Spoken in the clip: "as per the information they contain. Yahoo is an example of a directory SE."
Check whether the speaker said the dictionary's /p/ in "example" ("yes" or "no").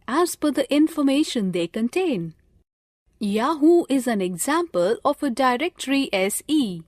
yes